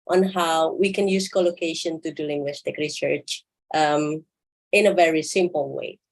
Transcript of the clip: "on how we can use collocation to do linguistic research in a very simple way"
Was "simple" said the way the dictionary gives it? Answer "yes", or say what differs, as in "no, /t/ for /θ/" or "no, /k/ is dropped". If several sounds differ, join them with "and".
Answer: yes